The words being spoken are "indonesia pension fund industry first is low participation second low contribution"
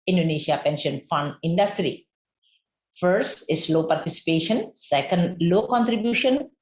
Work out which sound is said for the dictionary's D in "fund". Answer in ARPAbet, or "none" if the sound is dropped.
D